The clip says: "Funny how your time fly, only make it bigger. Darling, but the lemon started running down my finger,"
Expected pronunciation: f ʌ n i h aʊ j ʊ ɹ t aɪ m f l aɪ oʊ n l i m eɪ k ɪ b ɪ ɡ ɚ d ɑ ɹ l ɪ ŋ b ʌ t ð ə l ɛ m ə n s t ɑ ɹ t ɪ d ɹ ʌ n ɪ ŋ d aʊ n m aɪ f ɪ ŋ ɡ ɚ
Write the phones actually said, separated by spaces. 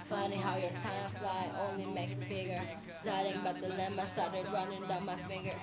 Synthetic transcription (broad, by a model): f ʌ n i h aʊ j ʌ ɹ t aɪ m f l aɪ oʊ n l i m eɪ k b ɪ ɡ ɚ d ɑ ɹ ɪ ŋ b ʌ t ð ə l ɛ m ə s t ɑ ɹ t ɪ d ɹ ʌ n ɪ ŋ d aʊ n m aɪ f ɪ ŋ ɡ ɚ